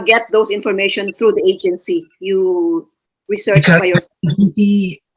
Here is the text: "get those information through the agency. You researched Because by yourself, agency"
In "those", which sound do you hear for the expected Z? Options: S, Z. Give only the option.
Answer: S